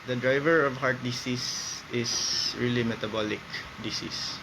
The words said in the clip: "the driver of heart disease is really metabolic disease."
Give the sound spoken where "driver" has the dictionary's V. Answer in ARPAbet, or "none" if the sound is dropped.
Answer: V